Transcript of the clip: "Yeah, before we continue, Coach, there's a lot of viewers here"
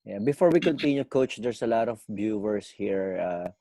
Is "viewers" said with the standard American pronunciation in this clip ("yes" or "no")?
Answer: no